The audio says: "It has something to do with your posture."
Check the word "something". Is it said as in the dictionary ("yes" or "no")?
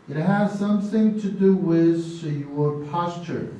yes